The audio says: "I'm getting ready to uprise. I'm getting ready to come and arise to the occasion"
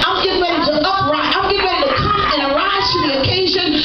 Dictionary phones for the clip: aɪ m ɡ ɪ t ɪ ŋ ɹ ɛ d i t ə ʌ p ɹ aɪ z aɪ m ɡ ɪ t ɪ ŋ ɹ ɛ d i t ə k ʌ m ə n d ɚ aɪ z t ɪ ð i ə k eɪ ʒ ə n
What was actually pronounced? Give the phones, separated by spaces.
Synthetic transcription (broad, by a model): aɪ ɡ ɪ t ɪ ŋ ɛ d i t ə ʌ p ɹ aɪ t aɪ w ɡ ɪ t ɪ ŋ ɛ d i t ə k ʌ ə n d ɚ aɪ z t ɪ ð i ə k eɪ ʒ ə n